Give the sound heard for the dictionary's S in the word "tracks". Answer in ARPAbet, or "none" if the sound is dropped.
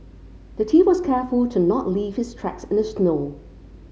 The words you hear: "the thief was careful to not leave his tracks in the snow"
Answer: S